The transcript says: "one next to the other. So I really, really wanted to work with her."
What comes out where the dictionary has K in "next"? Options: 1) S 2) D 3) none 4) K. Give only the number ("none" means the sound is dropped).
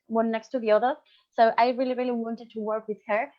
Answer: 4